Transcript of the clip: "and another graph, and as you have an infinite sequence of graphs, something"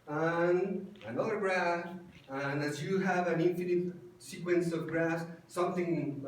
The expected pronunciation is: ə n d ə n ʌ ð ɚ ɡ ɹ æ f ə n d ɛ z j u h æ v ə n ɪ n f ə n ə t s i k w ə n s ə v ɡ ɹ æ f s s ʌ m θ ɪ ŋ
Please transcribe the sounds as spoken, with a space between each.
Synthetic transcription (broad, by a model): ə n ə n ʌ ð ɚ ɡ ɹ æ ə n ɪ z j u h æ v ə n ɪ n f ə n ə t s i k w ə n s ə v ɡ ɹ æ s s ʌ m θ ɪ ŋ